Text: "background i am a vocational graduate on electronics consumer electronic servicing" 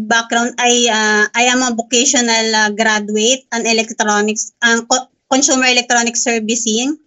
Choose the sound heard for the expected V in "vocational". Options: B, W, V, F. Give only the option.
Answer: B